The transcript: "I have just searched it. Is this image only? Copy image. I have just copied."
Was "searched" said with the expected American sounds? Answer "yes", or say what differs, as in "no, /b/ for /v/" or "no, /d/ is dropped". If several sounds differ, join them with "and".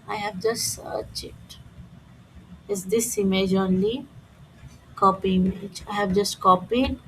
no, /t/ is dropped